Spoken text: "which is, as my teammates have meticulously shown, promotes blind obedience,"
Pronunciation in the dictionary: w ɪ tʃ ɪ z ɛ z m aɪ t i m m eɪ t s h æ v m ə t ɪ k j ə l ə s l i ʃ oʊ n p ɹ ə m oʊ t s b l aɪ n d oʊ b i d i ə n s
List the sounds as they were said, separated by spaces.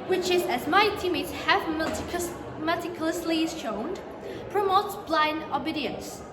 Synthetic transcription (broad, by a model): w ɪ tʃ ɪ z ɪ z m aɪ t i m m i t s h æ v m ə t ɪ k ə l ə s l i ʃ oʊ n p ɹ ə m oʊ t s b l aɪ n d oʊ b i d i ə n s